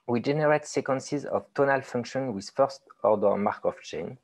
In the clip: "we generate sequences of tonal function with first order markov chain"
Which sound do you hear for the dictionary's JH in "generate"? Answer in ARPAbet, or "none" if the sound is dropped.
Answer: JH